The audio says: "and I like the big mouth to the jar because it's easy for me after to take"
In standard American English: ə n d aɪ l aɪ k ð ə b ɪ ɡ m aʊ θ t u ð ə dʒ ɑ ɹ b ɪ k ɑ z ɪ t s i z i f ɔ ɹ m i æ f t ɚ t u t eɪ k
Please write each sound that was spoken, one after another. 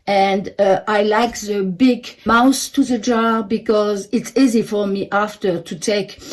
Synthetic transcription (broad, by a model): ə n d aɪ l aɪ k ð ə b ɪ ɡ m aʊ s t u ð ə dʒ ɑ ɹ b ɪ k ɑ z ɪ t s i z i f ɔ ɹ m i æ f t ɚ t u t eɪ k